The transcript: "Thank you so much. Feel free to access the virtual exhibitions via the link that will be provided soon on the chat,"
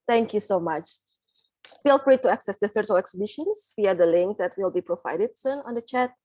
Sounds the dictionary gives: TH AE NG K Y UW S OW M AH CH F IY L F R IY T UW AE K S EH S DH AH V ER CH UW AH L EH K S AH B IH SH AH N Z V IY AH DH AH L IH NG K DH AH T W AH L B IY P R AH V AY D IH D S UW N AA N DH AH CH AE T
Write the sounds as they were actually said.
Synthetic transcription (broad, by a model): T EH NG K Y UW S OW M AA CH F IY L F R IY T UW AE K S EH S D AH F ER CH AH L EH K S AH B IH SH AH N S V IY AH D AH L IH NG K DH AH T W AH L B IY P R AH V AY D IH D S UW N AA N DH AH CH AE T